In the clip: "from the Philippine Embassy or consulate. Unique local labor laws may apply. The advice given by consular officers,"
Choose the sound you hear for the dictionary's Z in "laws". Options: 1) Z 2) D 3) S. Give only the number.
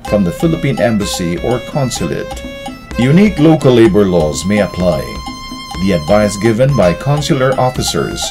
1